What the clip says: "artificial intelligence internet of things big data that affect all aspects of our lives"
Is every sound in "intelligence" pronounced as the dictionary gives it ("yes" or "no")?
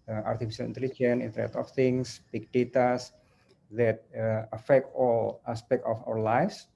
no